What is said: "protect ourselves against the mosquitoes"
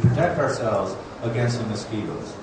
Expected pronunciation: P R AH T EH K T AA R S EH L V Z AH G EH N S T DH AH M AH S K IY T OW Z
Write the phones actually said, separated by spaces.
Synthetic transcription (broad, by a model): P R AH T EH K T AA R S EH L V Z AH G EH N S T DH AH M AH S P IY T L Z